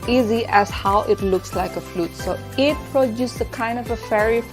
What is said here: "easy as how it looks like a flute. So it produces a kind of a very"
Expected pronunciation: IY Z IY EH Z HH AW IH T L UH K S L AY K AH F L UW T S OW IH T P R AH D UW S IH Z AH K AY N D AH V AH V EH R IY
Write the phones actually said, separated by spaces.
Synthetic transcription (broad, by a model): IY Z IY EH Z HH AW IH T L UH K S L AY K AH F L UW T S OW IH T P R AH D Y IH S AH K AY N D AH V AH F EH R IY